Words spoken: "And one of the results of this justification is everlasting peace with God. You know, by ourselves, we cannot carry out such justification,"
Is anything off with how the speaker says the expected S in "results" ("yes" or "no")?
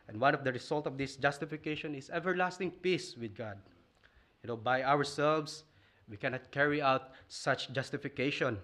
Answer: yes